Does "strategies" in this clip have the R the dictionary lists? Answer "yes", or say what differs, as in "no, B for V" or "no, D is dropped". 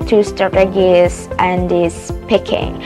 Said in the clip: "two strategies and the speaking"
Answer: no, R is dropped